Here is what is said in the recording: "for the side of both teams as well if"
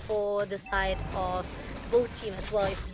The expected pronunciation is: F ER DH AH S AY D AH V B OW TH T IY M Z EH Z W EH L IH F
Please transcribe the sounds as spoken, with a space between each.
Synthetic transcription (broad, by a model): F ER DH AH S AY D AH V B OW T IY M EH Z W EH L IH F